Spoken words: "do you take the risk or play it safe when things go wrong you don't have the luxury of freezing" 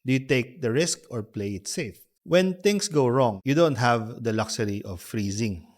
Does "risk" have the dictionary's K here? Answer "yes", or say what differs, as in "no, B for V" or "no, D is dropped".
yes